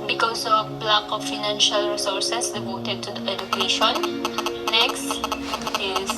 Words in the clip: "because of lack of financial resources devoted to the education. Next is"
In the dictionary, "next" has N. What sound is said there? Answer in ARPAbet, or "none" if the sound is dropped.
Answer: N